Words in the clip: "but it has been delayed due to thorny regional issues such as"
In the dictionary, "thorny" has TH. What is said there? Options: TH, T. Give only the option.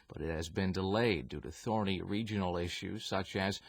TH